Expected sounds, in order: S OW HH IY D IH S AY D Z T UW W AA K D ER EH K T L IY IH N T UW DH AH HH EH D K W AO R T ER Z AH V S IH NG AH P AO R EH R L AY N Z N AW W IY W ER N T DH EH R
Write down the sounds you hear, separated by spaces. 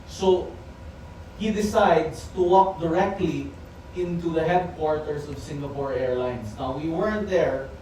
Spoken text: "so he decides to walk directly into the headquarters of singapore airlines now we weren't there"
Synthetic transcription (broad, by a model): S OW HH IY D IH S AY D S T UW W AA K D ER EH K T L IY IH N T UW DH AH HH EH D K W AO R T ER S AH V S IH NG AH P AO R EH R L AY N S N AW W IY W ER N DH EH R